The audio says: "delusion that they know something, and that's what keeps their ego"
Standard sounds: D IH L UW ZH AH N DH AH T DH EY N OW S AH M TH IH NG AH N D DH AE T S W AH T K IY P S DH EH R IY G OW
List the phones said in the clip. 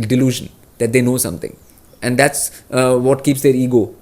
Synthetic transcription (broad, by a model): D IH L UW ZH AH N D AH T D EY N OW S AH M T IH NG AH N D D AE T S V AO T K IY P S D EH R IY G OW